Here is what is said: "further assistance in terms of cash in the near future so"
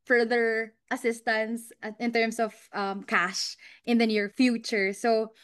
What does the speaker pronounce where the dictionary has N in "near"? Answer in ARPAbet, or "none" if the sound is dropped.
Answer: N